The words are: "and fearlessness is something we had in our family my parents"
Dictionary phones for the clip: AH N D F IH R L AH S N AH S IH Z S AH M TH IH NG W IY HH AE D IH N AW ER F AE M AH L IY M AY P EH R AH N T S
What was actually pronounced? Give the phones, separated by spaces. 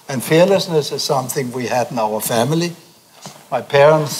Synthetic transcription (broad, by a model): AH N F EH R L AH S N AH S IH Z S AH M TH IH NG W IY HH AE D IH N AW ER F AE M AH L IY M AY P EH R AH N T S